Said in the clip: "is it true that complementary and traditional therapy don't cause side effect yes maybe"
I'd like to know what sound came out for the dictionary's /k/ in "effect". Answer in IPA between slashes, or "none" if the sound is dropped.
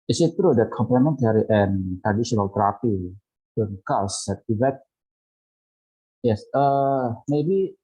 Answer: none